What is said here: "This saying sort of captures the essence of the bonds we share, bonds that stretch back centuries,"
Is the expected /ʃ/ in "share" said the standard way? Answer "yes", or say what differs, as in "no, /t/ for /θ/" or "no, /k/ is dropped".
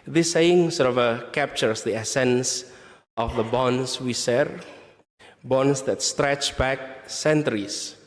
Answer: no, /s/ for /ʃ/